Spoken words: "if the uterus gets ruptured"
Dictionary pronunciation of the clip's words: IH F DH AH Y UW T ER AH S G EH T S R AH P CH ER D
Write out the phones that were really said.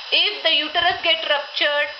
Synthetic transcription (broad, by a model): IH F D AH Y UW T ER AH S G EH T R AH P CH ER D